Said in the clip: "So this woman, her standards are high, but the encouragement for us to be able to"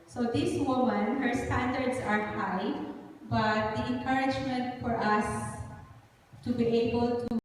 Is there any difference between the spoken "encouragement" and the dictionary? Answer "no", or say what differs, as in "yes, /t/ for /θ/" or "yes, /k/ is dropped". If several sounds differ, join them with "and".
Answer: no